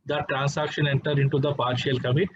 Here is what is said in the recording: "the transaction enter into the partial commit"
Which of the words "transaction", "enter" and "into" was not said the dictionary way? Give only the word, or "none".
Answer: transaction